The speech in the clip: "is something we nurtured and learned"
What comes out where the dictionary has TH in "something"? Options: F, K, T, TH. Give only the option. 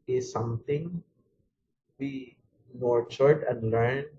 T